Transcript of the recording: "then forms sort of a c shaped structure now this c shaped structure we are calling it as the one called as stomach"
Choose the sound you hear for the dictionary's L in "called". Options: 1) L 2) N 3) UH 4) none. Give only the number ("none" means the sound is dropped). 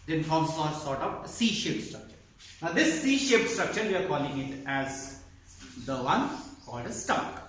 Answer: 4